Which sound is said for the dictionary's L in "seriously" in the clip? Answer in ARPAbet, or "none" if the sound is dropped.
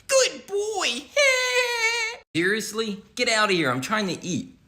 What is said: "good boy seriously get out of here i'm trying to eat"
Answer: L